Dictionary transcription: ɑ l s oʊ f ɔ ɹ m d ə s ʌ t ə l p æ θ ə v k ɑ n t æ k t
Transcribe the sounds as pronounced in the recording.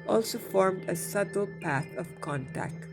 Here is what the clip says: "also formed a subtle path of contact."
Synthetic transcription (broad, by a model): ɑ l s oʊ f ɔ ɹ m d ə s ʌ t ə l p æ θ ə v k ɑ n t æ k t